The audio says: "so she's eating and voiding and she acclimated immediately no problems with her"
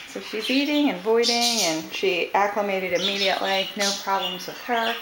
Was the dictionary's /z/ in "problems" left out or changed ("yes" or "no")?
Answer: no